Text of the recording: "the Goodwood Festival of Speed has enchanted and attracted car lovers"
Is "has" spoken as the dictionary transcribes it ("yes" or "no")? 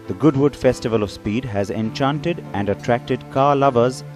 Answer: yes